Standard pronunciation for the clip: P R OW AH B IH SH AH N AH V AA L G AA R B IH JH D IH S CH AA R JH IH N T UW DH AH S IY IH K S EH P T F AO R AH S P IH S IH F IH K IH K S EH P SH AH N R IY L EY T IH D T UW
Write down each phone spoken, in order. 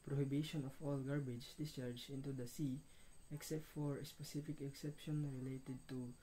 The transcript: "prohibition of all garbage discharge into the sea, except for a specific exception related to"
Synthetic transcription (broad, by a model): P R OW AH B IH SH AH N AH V AA L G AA R B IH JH D IH S CH AA R JH IH N T UW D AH S IY IH K S EH P T F AO R AH S P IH S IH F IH K IH K S EH P SH AH N R IY L EY T IH D T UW